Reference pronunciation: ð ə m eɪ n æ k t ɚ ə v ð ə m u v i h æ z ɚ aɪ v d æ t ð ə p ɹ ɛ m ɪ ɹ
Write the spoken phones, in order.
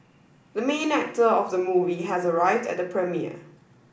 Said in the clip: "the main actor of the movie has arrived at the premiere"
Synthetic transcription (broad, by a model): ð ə m eɪ n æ k t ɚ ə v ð ə m u v i h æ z ɚ aɪ v d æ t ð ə p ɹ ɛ m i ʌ